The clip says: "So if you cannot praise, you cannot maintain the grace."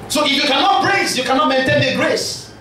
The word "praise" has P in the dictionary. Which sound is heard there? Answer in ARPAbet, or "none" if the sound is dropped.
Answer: B